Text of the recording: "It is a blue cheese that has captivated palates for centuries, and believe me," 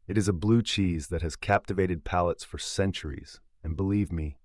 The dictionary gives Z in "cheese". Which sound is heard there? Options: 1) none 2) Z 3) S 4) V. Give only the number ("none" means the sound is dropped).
2